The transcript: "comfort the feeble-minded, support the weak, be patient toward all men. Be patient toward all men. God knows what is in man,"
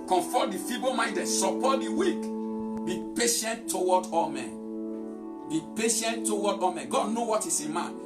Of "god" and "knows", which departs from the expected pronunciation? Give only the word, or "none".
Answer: knows